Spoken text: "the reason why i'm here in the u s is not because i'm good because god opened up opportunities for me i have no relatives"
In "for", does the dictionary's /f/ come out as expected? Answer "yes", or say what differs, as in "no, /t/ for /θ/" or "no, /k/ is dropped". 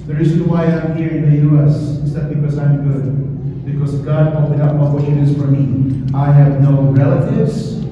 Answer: yes